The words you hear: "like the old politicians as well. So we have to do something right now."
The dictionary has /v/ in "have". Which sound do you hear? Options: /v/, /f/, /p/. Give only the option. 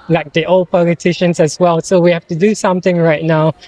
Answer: /f/